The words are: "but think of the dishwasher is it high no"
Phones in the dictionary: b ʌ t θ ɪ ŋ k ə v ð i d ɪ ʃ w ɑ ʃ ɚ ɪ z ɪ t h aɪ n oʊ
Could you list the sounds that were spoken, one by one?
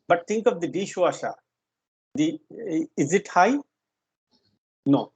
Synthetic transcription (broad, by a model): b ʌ t t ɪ ŋ k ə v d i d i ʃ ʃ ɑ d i ɪ z ɪ t h aɪ n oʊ